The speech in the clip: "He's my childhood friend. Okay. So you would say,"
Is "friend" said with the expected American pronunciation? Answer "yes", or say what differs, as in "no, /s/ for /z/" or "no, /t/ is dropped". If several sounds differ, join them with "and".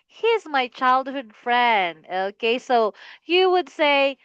yes